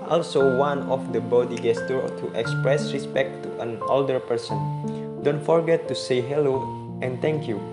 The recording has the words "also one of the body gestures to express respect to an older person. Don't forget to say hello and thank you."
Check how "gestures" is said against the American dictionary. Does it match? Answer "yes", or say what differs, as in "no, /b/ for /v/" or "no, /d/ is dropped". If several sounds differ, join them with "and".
no, /z/ is dropped